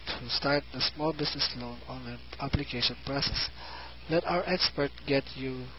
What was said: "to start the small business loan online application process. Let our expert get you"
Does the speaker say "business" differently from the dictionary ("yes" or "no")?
yes